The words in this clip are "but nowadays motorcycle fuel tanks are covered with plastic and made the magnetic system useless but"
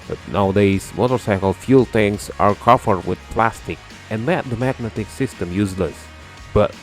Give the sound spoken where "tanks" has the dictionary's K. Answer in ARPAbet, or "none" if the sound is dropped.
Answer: none